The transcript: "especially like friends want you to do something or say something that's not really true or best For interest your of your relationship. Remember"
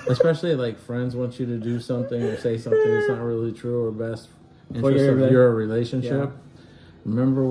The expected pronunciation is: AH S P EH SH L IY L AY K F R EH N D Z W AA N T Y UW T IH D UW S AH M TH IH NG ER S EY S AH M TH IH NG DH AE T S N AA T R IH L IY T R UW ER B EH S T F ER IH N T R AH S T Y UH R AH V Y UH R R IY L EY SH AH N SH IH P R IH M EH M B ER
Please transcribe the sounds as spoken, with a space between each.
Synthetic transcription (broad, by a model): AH S P EH SH L IY L AY K F R EH N D Z W AA N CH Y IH T IH D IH S AH M TH IH NG ER S EY S AH M TH IH NG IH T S N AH T R IH L IY T R UW ER B EH S T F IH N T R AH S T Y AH R R IY L EY SH AH N SH IH P R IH M EH M B ER